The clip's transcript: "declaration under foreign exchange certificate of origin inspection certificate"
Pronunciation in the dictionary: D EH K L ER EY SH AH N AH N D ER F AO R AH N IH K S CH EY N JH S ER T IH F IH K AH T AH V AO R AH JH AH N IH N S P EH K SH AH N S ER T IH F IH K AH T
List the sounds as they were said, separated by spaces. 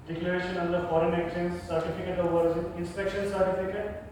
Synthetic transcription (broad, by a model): D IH K L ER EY SH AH N AH N D ER F AO R AH N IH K CH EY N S S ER T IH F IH K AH T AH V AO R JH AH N IH N S P EH K SH AH N S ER T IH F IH K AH T